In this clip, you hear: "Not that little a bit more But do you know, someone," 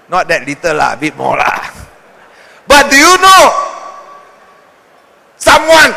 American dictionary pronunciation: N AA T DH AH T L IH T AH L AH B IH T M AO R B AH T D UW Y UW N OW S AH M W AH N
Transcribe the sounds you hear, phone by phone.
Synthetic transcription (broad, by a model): N AA T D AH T L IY T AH L AH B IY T M AO L B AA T D UW Y UW N OW S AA M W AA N